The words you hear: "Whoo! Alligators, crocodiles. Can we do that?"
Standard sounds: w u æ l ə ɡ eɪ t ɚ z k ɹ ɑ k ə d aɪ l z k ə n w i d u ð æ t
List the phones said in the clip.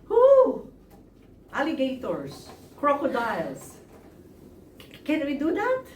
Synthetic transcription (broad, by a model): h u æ l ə ɡ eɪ t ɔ s k ɹ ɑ k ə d aɪ l s k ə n w i d u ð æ t